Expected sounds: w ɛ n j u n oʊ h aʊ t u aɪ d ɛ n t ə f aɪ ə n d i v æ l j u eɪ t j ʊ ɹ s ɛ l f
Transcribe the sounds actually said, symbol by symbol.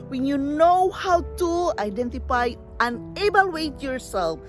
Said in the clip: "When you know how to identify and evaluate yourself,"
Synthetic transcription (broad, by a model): w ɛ n j u n oʊ h aʊ t u aɪ d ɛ n t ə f aɪ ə n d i b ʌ l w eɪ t j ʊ ɹ s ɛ l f